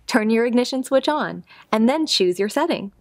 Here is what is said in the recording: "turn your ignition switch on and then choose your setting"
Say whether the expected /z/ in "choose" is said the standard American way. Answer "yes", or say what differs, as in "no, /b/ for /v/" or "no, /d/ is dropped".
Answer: yes